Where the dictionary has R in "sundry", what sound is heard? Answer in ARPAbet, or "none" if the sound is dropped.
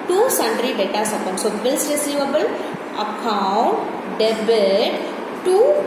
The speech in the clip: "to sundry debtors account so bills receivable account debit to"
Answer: R